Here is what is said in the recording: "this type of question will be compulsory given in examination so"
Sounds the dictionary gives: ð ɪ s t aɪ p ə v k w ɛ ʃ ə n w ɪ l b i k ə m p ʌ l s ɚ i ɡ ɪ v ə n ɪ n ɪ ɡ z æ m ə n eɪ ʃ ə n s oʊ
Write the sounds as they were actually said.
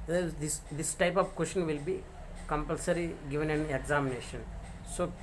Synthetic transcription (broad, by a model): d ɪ s t aɪ p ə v k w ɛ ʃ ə n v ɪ l b i k ə m p ʌ l s ɚ i ɡ ɪ v ə n ɪ n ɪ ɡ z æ m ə n eɪ ʃ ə n s oʊ